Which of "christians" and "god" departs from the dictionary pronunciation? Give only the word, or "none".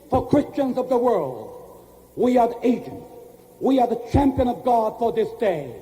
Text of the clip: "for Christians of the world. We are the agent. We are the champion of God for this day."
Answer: none